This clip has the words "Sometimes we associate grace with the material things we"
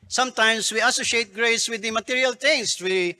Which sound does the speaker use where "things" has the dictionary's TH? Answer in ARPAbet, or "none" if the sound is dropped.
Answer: T